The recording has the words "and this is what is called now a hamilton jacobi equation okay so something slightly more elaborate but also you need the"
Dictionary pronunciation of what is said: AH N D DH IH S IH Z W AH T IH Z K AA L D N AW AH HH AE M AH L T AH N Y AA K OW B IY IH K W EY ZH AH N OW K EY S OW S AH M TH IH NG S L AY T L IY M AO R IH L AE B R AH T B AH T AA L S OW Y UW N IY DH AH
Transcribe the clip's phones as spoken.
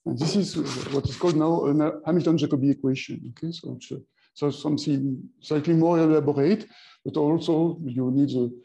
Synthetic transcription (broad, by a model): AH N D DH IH S IH Z W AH T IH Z K AA L D N AW AH HH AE M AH L T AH N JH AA K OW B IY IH K W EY SH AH N OW K EY S OW S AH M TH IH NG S AY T L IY M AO L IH L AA B R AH T B AH T AA L S OW Y UW N IY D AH